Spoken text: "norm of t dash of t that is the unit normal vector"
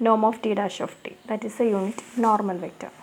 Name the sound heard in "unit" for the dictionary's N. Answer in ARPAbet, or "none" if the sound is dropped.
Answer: N